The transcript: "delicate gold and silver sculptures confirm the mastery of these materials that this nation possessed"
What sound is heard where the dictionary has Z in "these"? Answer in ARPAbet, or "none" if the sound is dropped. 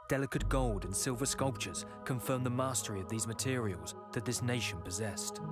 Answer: Z